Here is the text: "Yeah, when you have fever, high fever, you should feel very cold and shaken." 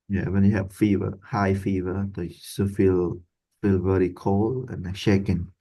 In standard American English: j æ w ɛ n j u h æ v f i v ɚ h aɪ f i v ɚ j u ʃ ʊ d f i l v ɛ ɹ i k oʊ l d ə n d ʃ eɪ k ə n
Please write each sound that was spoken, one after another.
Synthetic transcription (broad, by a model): j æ w ɛ n j u h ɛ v f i v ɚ h aɪ f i v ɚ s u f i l f i l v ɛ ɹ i k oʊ l ə n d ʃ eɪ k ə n